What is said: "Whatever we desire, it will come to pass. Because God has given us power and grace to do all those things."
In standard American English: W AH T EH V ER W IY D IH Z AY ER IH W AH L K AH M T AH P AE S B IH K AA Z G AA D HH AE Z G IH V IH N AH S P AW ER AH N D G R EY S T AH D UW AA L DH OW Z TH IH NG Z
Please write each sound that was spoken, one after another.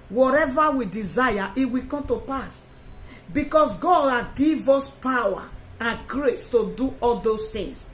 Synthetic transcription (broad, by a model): W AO T EH V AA W IY D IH Z AY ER IH W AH K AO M T AH P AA S B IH K AA S G AA D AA G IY V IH S P AW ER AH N G R EY S T AH D UW AA L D OW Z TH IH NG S